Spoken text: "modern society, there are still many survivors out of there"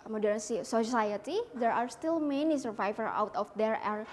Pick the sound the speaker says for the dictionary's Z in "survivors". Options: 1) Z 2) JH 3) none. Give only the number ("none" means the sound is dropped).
3